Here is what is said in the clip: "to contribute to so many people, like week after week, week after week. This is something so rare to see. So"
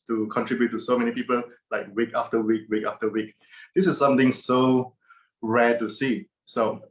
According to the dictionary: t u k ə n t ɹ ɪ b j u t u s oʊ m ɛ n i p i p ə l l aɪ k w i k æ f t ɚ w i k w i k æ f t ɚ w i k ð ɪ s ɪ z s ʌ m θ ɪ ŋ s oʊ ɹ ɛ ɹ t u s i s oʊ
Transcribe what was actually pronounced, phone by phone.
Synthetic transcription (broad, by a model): t u k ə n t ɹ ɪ b j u t u s oʊ m ɛ n i p i p ə l l aɪ k w i k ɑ f t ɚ w i k w i k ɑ f t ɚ w i k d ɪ s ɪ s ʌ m t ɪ ŋ s oʊ ɹ ɛ t u s i s oʊ